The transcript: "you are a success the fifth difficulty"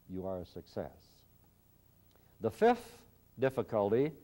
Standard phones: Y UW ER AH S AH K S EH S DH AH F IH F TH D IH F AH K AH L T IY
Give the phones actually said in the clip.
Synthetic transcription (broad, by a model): Y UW ER AH S AH K S EH S DH AH F IH F TH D IH F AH K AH L T IY